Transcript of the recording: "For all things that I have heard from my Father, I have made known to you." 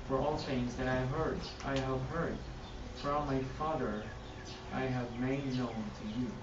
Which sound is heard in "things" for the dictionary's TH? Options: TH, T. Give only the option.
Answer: T